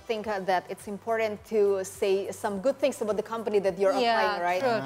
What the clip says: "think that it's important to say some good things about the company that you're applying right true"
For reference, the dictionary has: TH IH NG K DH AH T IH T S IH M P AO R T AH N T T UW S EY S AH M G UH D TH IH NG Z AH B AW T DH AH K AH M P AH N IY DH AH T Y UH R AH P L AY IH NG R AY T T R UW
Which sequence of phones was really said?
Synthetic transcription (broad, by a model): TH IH NG K DH AH T IH T S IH M P AO R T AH N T T UW S EY S AH M G UH D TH IH NG S AH B AW T DH AH K AH M P AH N IY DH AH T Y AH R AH L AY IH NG R AY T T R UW